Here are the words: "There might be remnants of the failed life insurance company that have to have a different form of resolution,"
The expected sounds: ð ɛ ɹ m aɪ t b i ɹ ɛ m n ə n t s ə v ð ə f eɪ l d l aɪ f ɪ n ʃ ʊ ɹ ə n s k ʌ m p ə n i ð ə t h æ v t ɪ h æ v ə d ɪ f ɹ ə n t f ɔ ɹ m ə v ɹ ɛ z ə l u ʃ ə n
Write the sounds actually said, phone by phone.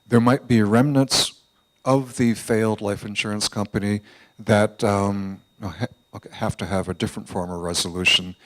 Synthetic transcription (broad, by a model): ð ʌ ɹ m aɪ t b i ɹ ɛ m n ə n t s ə v ð ə f eɪ l d l aɪ f ɪ n ʃ ʊ ɹ ə n s k ʌ m p ə n i ð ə t h æ f t ɪ v ə d ɪ f ɹ ə n t f ɔ ɹ m ə v ɹ ɛ z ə l u ʃ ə n